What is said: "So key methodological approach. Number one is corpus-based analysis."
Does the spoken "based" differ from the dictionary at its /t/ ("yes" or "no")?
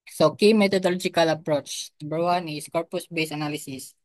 yes